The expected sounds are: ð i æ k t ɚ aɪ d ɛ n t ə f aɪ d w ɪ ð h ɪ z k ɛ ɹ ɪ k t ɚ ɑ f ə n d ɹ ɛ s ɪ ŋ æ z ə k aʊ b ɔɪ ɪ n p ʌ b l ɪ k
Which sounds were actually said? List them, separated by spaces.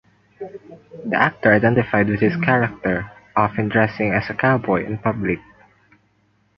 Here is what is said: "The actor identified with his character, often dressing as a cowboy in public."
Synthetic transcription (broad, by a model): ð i æ k t ɚ aɪ d ɛ n t ə f aɪ d w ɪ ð h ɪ s k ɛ ɹ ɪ k t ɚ ɑ f ə n d ɹ ɛ s ɪ ŋ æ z ə k aʊ b ɔɪ ɪ n p ʌ b l ɪ k